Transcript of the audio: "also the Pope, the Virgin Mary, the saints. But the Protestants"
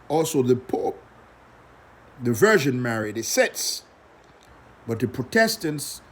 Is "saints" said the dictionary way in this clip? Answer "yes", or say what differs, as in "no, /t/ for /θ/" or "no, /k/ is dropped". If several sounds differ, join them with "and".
no, /n/ is dropped